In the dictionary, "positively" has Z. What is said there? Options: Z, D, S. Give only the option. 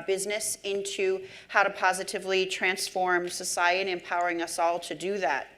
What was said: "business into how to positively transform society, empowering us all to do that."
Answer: Z